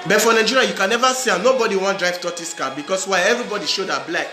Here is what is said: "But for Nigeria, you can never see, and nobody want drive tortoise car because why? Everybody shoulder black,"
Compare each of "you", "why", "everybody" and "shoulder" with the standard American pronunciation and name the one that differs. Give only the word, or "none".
shoulder